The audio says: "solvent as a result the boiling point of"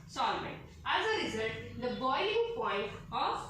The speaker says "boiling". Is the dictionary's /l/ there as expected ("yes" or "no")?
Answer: no